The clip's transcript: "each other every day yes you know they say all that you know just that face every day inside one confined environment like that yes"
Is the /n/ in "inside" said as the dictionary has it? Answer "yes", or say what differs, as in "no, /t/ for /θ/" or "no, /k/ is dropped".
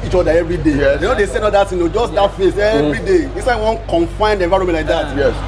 no, /n/ is dropped